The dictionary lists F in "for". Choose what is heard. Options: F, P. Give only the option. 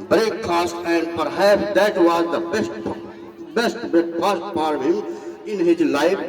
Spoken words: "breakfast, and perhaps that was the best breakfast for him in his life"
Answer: P